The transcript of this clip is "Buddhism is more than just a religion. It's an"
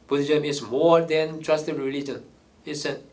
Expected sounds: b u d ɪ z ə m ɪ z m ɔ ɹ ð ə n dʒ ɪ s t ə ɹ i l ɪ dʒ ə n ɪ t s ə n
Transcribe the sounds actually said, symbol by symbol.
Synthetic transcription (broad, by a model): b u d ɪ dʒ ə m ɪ s m ɔ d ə n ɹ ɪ s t ə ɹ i l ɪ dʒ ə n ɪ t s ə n